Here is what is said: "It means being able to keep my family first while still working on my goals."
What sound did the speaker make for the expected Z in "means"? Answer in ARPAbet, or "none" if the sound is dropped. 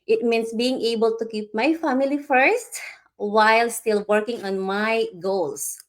S